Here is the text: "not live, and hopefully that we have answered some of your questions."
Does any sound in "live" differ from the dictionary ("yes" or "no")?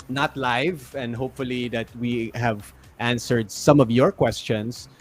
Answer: no